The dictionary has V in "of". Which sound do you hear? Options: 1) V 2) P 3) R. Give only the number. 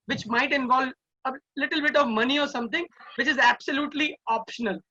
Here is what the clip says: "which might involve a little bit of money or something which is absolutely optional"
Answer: 1